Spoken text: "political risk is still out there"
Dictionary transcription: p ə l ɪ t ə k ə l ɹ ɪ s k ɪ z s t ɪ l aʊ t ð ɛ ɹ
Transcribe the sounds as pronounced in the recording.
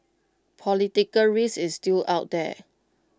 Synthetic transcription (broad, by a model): p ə l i t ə k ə l ɹ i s ɪ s t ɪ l aʊ t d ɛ